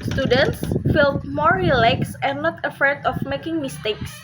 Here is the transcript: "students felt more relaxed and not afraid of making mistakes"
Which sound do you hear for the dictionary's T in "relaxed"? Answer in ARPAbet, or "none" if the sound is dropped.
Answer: none